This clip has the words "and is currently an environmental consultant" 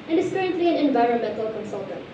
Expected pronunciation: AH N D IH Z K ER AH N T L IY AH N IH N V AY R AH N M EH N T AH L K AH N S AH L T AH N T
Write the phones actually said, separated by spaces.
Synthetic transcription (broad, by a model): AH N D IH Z K ER AH N T L IY AH N IH N V AY R AH N M EH N T AH L K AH N S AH L T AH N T